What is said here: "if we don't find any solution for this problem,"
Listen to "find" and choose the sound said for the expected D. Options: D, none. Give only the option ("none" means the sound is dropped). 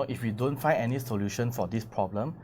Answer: none